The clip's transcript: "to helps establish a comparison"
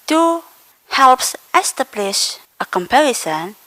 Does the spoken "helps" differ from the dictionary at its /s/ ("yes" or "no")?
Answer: no